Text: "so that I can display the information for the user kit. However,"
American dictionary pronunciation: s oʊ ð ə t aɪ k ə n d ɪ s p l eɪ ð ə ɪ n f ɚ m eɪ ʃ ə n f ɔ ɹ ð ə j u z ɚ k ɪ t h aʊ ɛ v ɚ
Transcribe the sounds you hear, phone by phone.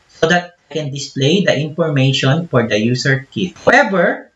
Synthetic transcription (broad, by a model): s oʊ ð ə t aɪ k ə n d ɪ s p l eɪ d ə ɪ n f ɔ m eɪ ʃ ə n f ɔ ɹ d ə j u s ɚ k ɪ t h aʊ ɛ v ɚ